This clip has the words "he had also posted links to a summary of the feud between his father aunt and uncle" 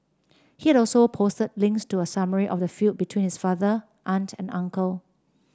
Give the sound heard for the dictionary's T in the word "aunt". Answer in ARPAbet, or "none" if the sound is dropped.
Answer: T